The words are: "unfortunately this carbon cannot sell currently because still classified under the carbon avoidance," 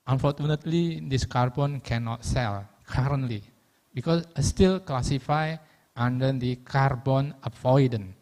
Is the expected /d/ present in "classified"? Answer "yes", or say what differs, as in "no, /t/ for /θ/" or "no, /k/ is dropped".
no, /d/ is dropped